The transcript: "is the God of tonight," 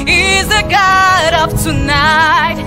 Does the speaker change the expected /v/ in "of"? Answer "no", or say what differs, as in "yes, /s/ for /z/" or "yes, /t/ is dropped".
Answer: yes, /p/ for /v/